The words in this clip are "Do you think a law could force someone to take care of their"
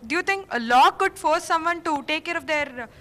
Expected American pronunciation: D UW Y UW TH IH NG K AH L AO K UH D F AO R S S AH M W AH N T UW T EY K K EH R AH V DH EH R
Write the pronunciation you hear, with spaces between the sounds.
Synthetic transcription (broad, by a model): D Y UW T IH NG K AH L AO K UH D F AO R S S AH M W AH N T UW T EY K K EH R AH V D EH R